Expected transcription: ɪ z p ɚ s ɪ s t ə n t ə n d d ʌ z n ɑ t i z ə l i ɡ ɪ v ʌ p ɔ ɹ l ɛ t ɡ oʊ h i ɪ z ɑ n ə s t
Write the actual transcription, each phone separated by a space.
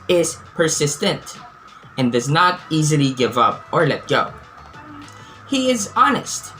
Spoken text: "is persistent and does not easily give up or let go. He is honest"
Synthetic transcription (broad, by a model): ɪ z p ɚ s ɪ s t ə n t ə n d d ʌ z n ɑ t i z ə l i ɡ ɪ v ʌ p ɔ ɹ l ɛ t ɡ oʊ h i ɪ z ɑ n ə s t